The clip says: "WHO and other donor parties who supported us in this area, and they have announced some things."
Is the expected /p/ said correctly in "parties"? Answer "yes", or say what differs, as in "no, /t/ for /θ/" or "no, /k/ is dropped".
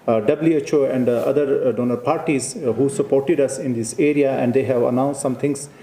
yes